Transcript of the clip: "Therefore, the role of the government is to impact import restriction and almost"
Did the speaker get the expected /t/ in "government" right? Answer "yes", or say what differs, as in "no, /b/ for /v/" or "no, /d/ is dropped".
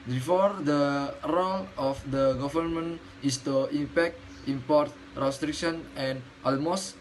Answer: no, /t/ is dropped